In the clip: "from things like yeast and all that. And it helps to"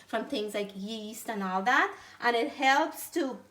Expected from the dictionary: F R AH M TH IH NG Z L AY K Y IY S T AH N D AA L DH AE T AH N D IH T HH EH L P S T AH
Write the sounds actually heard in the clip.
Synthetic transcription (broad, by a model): F R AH M TH IH NG Z L AY K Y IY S T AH N AA L DH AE T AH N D IH T HH EH L P S T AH